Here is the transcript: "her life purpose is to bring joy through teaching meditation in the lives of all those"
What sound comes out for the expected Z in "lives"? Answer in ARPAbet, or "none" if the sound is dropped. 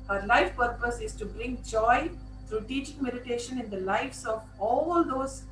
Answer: S